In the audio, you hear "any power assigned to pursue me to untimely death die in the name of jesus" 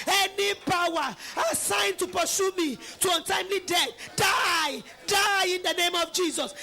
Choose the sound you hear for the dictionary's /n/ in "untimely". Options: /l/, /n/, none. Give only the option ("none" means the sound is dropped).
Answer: /n/